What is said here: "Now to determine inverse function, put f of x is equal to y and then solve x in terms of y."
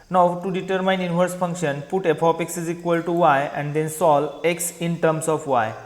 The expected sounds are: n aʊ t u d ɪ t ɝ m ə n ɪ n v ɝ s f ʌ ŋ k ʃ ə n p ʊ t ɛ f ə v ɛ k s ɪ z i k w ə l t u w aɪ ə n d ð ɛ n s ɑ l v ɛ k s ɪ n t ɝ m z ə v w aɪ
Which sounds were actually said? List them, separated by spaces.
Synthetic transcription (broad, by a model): n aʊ t u d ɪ t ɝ m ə n ɪ n v ɝ s f ʌ ŋ k ʃ ə n p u t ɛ p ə p ɛ k s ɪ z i k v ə l t u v aɪ ə n d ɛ n s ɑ l ɛ k s ɪ n t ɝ m s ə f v aɪ